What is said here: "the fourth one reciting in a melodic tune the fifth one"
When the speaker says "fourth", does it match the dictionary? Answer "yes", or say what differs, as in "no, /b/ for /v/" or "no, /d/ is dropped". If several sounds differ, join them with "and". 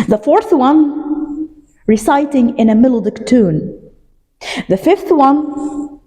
yes